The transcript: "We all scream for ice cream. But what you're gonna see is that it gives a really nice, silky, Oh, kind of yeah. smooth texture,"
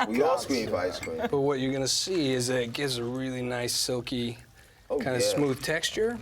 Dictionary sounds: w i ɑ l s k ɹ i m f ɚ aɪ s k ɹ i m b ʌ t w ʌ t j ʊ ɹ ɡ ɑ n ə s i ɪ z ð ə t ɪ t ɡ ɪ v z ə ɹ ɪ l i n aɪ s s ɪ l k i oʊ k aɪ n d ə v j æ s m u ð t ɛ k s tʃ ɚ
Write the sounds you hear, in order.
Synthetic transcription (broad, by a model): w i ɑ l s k w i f aɪ s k w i b ʌ t w ʌ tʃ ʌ ɹ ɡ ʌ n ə s i ɪ z ð ə t ɪ t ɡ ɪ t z ə ɹ ɪ l i n aɪ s s ɪ l k i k aɪ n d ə s m u ð t ɛ k s tʃ ɚ